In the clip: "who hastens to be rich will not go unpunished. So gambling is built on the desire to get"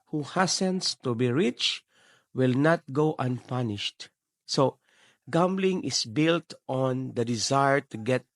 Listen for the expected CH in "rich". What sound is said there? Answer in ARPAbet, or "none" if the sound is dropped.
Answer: CH